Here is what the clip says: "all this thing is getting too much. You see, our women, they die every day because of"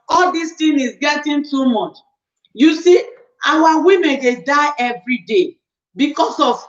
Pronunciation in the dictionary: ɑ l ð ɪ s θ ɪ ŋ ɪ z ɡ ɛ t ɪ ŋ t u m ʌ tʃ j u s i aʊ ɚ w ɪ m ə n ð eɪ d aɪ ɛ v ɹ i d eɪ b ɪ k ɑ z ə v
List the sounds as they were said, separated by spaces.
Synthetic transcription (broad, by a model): ɑ l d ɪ s t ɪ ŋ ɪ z ɡ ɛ t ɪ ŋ t u m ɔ tʃ j u s i aʊ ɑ w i m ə n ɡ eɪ d aɪ ɛ v ɹ i d eɪ b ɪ k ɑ s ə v